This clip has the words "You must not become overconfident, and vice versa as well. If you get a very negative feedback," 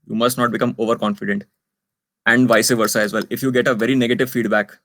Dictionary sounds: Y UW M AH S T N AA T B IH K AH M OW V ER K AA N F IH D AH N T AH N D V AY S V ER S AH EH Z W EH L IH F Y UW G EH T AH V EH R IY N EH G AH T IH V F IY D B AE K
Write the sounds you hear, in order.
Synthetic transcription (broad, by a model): Y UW M AH S T N AA T B IH K AH M OW V ER K AA N F IH D AH N T AH N D V AY S V ER S AH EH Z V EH L IH F Y UW G EH T AH V EH R IY N EH G AH T IH V F IY D B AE K